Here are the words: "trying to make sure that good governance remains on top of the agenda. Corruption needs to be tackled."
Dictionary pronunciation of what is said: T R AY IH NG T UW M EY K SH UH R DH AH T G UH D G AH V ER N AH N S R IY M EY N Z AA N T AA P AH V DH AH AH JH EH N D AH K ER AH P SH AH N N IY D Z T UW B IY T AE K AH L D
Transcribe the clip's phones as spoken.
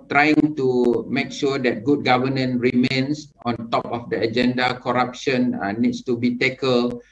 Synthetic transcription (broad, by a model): T R AY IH NG T UW M EY K SH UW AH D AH T G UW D G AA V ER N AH N R IY M EY N S AA N T AA P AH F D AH AH JH EH N D AH K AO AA P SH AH N N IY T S T UW B IY T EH K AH L